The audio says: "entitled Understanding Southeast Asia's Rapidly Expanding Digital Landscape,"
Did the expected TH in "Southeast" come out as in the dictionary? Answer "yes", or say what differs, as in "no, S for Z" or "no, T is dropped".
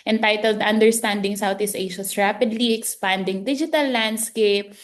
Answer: no, T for TH